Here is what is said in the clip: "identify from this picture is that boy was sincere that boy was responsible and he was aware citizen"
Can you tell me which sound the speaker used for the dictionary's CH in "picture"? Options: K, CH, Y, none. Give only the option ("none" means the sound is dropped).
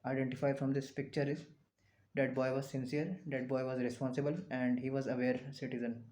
CH